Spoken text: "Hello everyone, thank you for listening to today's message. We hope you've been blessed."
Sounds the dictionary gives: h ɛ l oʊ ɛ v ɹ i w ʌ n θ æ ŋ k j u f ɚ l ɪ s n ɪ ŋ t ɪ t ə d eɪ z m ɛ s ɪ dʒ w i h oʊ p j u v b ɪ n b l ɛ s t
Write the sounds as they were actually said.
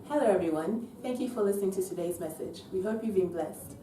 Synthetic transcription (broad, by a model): h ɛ l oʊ ɛ v ɹ i w ʌ n θ æ ŋ k j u f ɚ l ɪ s n ɪ ŋ t ɪ t ə d eɪ z m ɛ s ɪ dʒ w i h oʊ p j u v b ɪ n b l ɛ s t